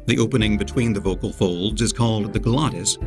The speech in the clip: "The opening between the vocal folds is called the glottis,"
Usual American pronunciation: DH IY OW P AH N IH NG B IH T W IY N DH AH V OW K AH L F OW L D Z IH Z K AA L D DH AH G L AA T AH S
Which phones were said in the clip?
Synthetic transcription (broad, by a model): DH IY OW P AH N IH NG B IH T W IY N DH AH V OW K AH L F OW L D Z IH Z K AA L D DH AH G L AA T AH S